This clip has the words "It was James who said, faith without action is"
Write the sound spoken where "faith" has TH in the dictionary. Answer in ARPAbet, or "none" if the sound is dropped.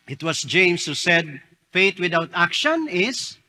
T